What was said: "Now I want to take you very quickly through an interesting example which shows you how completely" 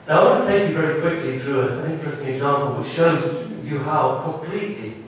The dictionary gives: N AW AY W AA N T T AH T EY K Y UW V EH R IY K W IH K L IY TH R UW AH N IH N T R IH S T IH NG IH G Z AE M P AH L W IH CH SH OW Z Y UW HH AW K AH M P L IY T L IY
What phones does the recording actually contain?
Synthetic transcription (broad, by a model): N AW AY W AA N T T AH T EY K Y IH V EH R IY K W IH K L IY TH R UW AH N IH N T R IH S T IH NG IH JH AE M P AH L W IH CH SH OW Z Y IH HH AW K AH M P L IY T L IY